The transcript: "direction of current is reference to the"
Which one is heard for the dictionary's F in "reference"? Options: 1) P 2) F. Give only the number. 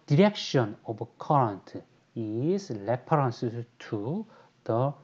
1